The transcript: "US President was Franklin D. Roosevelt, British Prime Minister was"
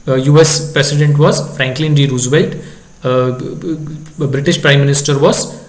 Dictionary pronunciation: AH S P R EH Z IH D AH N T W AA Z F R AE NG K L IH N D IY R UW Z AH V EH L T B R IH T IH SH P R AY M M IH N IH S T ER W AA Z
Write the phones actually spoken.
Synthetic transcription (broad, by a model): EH S P R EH S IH D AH N T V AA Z F R AE NG K L IH N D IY R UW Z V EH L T B R IH T IH SH P R AY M M IH N IH S T ER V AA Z